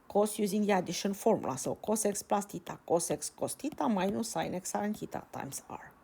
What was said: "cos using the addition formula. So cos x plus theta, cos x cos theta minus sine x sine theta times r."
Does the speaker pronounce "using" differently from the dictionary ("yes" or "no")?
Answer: no